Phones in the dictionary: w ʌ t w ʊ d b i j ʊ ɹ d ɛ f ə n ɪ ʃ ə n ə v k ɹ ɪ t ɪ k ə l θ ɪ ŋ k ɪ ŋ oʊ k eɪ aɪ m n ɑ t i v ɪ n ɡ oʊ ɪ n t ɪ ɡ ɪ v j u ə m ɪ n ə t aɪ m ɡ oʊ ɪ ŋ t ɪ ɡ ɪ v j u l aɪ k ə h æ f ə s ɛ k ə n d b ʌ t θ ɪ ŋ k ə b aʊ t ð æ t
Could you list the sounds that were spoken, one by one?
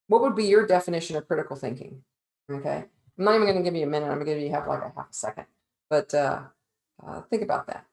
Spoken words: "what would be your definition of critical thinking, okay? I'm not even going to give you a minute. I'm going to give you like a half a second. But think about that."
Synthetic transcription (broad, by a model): w ʌ t w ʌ d b i j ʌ ɹ d ɛ f ə n ɪ ʃ ə n ə v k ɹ ɪ t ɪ k l θ ɪ ŋ k ɪ ŋ oʊ k eɪ aɪ m n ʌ t i v ɪ n ɡ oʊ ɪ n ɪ ɡ ɪ v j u ə m ɪ n ə t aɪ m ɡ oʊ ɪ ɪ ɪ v l aɪ k ə h æ f ə s ɛ k ə n d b ʌ t θ ɪ ŋ k ə b aʊ t ð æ t